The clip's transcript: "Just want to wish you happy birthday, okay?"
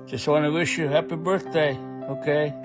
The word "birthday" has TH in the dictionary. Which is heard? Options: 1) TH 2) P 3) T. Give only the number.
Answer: 1